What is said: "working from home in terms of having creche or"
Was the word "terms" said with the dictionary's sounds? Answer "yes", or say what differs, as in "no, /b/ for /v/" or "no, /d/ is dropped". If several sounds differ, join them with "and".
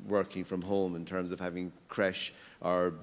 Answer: yes